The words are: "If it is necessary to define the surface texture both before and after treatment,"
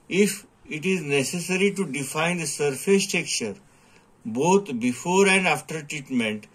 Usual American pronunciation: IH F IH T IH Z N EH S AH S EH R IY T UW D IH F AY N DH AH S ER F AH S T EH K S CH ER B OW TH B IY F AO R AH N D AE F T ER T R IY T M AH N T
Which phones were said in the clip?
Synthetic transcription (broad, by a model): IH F IH T IH Z N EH S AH S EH R IY T UW D IH F AY N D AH S ER F AH S T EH K CH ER B OW T B IY F AO R AH N D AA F T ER T R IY T M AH N T